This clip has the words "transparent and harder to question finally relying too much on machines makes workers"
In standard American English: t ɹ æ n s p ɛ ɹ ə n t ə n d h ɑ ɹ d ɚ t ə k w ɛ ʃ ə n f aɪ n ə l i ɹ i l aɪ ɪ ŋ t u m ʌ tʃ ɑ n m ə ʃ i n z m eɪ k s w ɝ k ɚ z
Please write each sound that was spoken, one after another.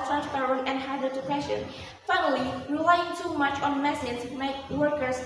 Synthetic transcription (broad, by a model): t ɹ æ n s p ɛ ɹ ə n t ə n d h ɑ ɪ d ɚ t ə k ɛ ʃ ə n f aɪ n ə l i ɹ i l aɪ ɪ ŋ t u m ʌ tʃ ɑ n m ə s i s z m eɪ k w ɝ k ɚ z